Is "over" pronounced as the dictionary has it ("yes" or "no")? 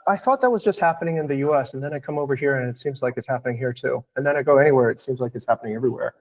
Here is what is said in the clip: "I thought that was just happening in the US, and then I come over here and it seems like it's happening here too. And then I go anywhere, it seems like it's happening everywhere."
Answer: yes